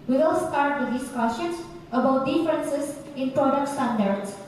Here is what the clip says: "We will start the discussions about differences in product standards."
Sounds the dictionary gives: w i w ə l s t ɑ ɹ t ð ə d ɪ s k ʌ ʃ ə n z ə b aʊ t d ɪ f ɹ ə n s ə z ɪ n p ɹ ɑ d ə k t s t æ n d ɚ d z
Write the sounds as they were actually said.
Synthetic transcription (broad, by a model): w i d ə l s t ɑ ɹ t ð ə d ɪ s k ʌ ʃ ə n s ə b aʊ t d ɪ f ɹ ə n s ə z ɪ n p ɹ ɑ d ə k t s t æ n d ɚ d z